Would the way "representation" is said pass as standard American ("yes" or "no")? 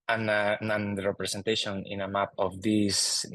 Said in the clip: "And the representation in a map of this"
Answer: no